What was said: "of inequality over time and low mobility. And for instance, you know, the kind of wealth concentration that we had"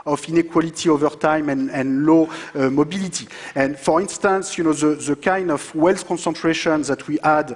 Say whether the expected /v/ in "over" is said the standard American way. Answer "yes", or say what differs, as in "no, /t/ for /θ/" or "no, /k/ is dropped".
yes